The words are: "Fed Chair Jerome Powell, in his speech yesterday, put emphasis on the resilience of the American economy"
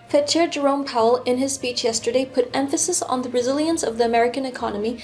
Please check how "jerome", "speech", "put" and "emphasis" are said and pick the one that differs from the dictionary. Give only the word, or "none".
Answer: none